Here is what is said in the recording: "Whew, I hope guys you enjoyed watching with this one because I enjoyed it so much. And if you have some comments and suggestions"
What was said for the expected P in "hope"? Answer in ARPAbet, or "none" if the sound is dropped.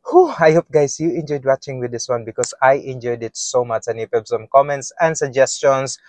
P